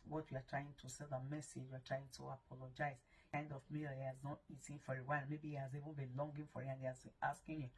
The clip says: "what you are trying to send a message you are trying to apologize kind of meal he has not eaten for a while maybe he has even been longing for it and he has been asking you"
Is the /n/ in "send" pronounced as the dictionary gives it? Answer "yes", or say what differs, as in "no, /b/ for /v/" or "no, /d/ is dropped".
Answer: no, /l/ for /n/